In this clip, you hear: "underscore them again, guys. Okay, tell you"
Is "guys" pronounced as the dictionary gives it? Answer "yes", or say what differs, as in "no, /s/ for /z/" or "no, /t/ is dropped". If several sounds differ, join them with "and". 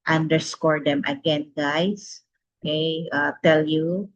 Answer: no, /s/ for /z/